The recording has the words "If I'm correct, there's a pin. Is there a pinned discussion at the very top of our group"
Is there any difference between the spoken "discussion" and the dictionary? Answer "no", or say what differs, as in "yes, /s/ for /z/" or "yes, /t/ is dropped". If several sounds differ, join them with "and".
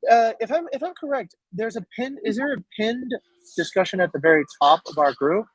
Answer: no